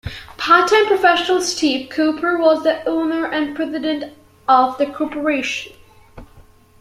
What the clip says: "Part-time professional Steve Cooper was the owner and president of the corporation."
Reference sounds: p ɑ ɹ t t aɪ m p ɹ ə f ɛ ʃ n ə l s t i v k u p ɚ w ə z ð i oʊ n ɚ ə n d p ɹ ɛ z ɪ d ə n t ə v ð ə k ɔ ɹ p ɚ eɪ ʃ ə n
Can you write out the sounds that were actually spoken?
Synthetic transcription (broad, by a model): p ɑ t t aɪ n p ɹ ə f ɛ ʃ n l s t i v k u p ɚ w ə z ð i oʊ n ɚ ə n p ɹ ɛ z ɪ d ə n t ə v ð ə k ɔ ɹ p ɚ eɪ ʃ ə n